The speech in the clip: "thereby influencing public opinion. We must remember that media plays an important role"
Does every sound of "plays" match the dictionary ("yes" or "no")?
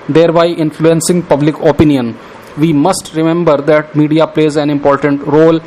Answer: yes